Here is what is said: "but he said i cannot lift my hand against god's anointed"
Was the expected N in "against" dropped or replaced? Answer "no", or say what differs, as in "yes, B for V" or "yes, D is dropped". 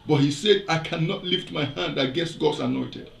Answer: yes, N is dropped